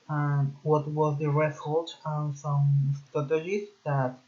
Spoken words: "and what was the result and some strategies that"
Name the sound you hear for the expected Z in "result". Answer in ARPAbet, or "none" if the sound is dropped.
S